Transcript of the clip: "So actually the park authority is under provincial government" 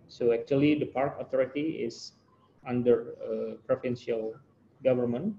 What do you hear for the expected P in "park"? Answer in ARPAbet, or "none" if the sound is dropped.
P